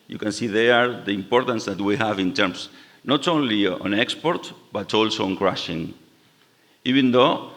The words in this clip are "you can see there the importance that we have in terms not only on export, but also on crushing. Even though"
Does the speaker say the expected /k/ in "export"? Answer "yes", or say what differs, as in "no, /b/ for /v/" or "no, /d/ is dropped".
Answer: yes